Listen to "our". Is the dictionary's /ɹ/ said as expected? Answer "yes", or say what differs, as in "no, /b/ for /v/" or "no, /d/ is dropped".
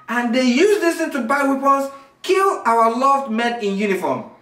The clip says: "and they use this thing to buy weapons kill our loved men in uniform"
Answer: no, /w/ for /ɹ/